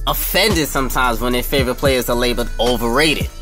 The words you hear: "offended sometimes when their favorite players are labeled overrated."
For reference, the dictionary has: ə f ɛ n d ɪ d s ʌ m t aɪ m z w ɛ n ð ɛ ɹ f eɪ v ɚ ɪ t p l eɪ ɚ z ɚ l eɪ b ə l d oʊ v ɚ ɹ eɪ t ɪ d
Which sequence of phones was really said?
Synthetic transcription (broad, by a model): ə f ɛ n d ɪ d s ʌ m t aɪ m z w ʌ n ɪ f eɪ v ɚ ɪ t p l eɪ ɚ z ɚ l eɪ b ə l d oʊ v ɚ ɹ eɪ t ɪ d